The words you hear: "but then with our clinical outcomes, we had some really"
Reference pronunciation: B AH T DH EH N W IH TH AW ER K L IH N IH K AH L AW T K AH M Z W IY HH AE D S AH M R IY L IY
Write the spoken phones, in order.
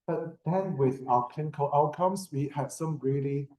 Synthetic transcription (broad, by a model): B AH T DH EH N W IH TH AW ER K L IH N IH K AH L AW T K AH M S W IY HH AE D S AH M R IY L IY